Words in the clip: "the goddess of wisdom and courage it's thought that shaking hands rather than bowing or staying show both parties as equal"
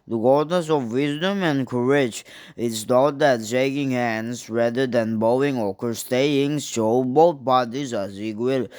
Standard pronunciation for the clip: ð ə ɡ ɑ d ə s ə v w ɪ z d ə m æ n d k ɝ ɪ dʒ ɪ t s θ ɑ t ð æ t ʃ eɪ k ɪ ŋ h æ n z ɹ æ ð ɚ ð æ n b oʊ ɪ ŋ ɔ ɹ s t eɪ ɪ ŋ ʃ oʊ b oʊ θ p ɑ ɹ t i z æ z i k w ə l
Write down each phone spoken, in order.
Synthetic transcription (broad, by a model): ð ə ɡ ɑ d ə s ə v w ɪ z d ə m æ n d k ɝ ɪ dʒ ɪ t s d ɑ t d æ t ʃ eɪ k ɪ ŋ h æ n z ɹ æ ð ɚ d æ n b oʊ ɪ ŋ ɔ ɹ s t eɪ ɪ ŋ ʃ oʊ b oʊ t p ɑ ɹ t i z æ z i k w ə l